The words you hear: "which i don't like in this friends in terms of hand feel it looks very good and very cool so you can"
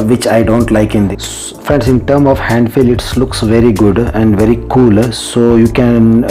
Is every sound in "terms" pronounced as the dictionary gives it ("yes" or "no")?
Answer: no